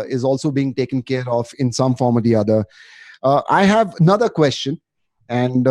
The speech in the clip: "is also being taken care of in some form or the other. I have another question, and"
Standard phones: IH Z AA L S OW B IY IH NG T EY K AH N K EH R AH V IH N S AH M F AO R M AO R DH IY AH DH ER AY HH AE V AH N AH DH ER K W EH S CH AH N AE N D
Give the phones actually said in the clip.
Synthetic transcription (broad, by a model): IH Z AA L S OW B IY IH NG T EY K AH N K EH R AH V IH N S AH M F AO R M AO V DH IY AH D ER AY HH AE V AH N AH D ER K W EH S CH AH N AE N D